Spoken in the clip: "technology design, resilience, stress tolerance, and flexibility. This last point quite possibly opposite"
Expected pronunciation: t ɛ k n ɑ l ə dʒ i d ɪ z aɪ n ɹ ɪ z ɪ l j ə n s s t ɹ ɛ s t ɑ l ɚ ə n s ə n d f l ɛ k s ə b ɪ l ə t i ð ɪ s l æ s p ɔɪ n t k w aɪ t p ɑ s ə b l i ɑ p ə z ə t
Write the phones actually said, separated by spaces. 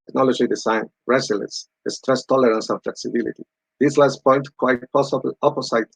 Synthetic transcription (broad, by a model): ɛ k n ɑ l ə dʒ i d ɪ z aɪ n ɹ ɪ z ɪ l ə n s s t ɹ ɛ s t ɑ l ɚ ə n s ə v f l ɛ k s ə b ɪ l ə t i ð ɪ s l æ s p ɔɪ n t k w aɪ t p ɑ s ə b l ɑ p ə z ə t